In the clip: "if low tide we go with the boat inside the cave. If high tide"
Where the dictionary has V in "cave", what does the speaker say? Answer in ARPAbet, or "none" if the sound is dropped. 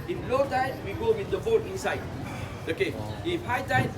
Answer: none